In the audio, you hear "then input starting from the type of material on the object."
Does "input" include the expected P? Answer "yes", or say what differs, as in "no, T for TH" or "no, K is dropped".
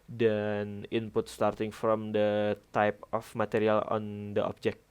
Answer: yes